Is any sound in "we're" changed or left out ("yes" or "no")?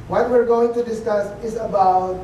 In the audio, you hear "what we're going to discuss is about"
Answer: no